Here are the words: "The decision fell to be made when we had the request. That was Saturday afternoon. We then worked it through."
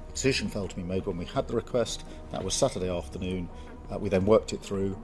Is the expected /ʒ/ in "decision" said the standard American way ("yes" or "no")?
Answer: yes